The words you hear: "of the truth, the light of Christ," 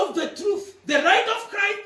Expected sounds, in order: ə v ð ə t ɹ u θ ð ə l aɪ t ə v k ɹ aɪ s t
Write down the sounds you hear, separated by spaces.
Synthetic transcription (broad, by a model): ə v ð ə t ɹ u θ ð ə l aɪ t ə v k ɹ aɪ s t